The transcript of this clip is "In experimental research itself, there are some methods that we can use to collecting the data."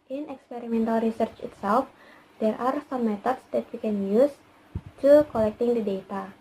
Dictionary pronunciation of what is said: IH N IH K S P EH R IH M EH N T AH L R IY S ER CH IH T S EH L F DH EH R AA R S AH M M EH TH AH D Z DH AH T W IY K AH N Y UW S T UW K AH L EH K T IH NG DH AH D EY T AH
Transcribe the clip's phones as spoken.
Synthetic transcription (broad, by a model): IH N IH K S P EH R IH M EH N T AH L R IY S ER CH IH T S EH L F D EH R AA R S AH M M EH T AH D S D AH T W IY K AH N Y UW S T UW K AH L EH K T IH NG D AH D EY T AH